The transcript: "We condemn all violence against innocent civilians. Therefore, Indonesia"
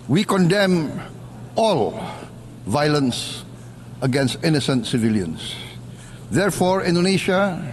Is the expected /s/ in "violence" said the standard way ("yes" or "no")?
yes